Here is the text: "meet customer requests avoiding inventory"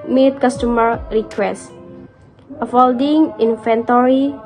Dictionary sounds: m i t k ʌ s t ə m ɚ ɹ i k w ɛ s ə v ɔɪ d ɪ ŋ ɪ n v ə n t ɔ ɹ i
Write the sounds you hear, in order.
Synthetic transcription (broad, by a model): m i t k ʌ s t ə m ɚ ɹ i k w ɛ s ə f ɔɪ d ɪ ŋ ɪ n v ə n t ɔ ɹ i